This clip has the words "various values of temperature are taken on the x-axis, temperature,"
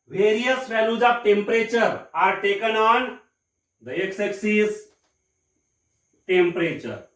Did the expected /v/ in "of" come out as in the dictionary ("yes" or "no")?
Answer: no